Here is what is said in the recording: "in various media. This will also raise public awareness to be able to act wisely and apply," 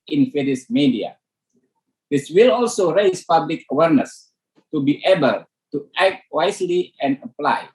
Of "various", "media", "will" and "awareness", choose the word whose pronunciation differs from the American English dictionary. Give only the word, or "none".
various